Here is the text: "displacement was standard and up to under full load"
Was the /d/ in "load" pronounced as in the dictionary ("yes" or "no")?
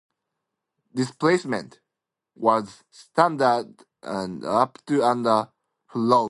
no